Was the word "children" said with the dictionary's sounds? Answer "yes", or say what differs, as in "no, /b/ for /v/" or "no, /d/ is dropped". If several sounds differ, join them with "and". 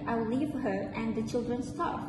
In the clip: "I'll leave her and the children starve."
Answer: yes